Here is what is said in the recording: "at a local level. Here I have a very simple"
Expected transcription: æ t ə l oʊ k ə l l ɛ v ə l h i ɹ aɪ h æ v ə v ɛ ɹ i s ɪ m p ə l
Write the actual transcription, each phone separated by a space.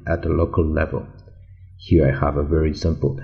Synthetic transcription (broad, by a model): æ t ə l oʊ k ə l l ɛ v ə l h i ɹ aɪ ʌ v ə v ɛ ɹ i s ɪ m p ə l